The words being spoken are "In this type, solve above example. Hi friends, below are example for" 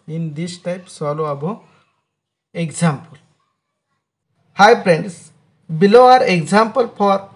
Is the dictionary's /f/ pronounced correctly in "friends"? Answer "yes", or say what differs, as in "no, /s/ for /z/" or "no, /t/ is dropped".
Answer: no, /p/ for /f/